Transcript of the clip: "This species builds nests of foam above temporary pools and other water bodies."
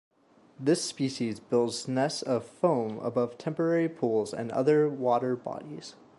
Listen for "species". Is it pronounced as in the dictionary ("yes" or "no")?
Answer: yes